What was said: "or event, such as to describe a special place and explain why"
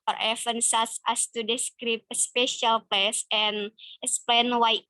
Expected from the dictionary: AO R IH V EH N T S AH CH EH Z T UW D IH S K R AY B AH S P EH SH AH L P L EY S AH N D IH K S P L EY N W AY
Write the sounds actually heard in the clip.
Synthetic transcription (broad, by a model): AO R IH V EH N S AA S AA S T UW D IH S K R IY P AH S P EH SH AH L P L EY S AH N IH K S P L EY N W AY